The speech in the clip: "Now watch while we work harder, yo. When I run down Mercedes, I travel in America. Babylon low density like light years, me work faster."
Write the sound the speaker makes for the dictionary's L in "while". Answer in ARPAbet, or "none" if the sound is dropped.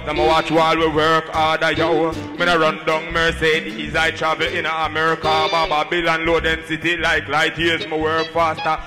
L